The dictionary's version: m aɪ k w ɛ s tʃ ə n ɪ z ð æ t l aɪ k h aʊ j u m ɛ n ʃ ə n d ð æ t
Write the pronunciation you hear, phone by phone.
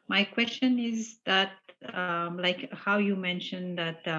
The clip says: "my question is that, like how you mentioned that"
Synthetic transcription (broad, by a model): m aɪ k w ɛ s tʃ ə n ɪ z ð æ t l aɪ k h aʊ j u m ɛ n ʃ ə n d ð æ t